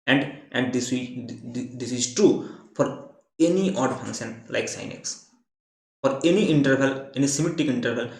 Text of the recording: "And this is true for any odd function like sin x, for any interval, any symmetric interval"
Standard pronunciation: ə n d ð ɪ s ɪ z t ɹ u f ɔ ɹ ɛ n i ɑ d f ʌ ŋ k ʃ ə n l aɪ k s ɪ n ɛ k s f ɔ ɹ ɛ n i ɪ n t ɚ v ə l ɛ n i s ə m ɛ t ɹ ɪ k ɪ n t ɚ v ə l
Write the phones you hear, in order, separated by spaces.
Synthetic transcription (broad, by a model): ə n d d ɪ s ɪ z t ɹ u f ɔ ɹ ɛ n i ɑ d f ʌ ŋ k ʃ ə n l aɪ k s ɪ n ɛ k s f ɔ ɹ ɛ n i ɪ n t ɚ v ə l ɛ n i s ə m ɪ t ɪ k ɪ n t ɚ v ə l